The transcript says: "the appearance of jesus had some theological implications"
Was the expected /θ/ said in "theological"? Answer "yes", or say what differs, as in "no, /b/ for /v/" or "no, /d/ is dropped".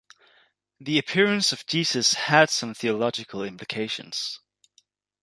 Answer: yes